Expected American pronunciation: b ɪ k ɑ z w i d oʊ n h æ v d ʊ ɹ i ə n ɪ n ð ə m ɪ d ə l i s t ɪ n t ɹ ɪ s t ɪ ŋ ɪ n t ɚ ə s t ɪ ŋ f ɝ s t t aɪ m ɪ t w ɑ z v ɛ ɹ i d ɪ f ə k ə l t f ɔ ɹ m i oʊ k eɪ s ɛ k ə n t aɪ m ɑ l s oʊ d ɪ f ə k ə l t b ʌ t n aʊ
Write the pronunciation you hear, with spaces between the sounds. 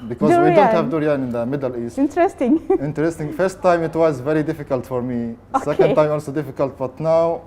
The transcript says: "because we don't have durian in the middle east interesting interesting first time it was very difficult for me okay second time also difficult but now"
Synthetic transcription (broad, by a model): b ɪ k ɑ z w i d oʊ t h æ v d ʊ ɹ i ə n ɪ n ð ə m ɪ d ə l i s t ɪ n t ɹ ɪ s t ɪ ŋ ɪ n t ɚ ə s t ɪ ŋ f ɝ s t t aɪ m ɪ t w ɑ z v ɛ ɹ i d ɪ f ə k ə l t f ɔ ɹ m i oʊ s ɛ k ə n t aɪ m ɑ l s oʊ d ɪ f ə k ə l t b ʌ t n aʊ